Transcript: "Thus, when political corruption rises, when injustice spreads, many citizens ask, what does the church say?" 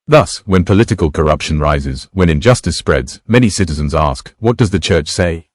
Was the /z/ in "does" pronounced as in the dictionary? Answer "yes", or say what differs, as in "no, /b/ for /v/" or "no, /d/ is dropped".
yes